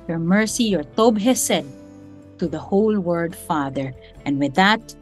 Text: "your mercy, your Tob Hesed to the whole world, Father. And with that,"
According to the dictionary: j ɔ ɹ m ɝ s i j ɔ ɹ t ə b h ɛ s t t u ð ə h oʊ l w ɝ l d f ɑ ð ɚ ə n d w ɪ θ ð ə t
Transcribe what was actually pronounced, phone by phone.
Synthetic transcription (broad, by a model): j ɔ ɹ m ɝ s i j ɔ ɹ t ə b h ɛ s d t u ð ə h oʊ l w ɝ d f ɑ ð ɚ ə n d w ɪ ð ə t